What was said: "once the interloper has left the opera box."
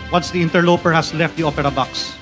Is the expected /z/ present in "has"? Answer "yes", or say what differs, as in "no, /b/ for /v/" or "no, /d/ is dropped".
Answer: no, /s/ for /z/